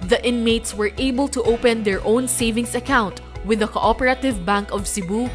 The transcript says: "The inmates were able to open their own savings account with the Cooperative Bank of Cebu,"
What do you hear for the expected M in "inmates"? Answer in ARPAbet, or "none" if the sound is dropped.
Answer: M